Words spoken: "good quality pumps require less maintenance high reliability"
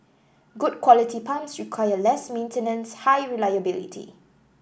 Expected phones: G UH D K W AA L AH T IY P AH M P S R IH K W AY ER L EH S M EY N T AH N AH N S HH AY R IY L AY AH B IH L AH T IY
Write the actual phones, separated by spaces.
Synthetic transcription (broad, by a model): G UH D K W AA L AH T IY P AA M S R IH K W AY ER L EH S M EY N T AH N AH N S HH AY R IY L AY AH B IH L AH T IY